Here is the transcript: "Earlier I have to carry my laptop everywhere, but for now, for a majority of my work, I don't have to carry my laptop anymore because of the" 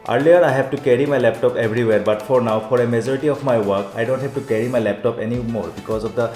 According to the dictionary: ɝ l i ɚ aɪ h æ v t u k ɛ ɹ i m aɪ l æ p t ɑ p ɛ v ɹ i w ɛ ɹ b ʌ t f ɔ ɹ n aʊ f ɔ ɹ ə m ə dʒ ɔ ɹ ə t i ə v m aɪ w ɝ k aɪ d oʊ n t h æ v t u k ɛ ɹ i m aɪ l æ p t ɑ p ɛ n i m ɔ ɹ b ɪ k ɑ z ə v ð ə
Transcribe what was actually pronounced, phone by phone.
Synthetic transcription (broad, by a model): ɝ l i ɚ aɪ h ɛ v t u k ɛ ɹ i m aɪ l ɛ p t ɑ p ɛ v ɹ i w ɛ ɹ b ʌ t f ɔ ɹ n aʊ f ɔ ɹ ə m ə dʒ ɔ ɹ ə t i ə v m aɪ w ɝ k aɪ d oʊ n t h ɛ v t u k ɛ ɹ i m aɪ l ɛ p t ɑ p ɛ n i m ɔ ɹ b ɪ k ɑ z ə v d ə